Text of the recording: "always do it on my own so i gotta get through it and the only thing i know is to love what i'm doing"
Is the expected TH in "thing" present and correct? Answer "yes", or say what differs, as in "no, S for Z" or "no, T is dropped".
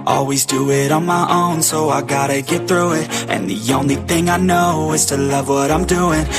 yes